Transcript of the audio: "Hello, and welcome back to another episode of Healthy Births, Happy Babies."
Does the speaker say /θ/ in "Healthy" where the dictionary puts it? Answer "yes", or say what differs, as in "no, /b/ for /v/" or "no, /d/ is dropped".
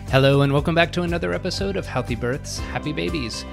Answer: yes